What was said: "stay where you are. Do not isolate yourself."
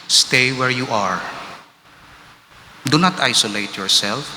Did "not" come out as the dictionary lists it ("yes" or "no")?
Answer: yes